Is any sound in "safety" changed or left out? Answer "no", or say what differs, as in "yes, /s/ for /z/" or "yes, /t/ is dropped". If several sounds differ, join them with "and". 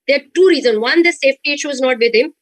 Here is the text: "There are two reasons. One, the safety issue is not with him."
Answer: no